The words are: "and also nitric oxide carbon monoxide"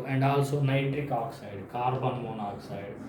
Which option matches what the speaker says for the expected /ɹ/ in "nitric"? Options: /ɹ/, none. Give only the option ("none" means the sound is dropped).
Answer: /ɹ/